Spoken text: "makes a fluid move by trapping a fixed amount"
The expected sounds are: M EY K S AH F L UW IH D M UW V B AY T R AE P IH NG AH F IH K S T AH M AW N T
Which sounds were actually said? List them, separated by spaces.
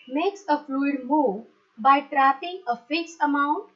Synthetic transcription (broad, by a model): M EY K S AH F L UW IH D M UW V B AY T R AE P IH NG AH F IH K S AH M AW N T